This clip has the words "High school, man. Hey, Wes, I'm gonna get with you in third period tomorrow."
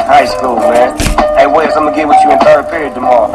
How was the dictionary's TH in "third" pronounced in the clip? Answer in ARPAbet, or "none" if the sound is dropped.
F